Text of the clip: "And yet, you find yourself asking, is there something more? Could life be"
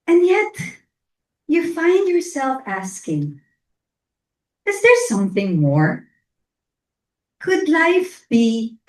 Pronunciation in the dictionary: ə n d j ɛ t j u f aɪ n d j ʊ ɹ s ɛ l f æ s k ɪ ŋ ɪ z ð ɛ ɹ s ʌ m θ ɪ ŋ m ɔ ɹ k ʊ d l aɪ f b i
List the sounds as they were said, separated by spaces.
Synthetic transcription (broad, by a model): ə n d j ɛ t j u f aɪ n d j ʊ ɹ s ɛ l f æ s k ɪ ŋ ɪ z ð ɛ ɹ s ʌ m θ ɪ ŋ m ɔ ɹ k ʊ d l aɪ f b i